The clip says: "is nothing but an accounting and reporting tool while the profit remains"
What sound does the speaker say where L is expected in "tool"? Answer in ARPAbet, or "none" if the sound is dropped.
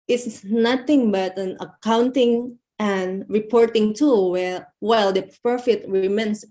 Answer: W